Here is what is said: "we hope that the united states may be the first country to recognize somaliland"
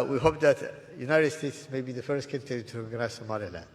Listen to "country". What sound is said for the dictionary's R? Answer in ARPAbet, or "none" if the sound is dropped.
none